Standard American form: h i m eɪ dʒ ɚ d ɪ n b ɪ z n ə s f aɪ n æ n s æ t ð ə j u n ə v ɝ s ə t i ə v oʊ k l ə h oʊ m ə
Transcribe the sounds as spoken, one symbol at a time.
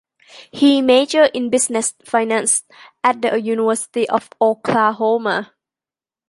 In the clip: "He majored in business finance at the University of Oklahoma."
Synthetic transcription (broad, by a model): h i m eɪ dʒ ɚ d ɪ n b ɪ s n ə s f aɪ n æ n s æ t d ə j u n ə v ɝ s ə t i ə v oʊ k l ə h oʊ m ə